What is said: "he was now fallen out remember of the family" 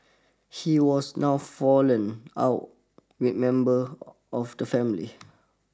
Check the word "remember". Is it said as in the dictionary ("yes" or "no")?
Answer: no